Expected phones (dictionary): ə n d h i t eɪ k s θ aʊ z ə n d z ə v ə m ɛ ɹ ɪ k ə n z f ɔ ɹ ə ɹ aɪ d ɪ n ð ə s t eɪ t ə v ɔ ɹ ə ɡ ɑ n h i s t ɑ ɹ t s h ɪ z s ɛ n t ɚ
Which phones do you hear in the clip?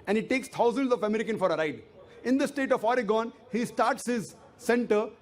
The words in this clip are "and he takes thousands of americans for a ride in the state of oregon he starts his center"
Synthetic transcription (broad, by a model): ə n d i t eɪ k s t aʊ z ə n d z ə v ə m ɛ ɹ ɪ k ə n f ɔ ɹ ə ɹ aɪ d ɪ n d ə s t eɪ t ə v ɔ ɹ ə ɡ ɑ n h i s t ɑ ɹ t s h ɪ z s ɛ n t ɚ